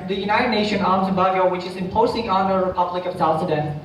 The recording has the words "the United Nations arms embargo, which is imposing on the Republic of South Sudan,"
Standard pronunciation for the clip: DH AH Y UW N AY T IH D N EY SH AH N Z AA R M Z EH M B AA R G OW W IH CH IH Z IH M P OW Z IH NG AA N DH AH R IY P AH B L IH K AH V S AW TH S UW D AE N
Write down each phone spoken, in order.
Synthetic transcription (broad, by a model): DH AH Y UW N AY T IH D N EY SH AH N AA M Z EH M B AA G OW W IH CH IH Z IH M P OW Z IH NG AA N DH AH R IY P AH B L IH K AH V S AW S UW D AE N